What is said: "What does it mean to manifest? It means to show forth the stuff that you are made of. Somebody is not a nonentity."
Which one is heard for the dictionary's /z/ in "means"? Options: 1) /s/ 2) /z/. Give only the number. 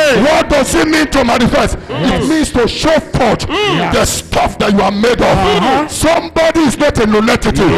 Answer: 1